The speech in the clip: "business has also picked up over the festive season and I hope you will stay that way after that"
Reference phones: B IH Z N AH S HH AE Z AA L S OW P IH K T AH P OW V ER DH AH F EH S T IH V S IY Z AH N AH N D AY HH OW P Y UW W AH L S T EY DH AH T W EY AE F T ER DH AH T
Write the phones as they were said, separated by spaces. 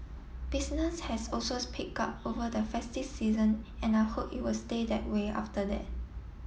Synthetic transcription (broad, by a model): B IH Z N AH S HH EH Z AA L S OW P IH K AA P OW V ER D AH F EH S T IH S IY Z AH N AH N AY HH OW P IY W AH L S T EY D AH T W EY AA F T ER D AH T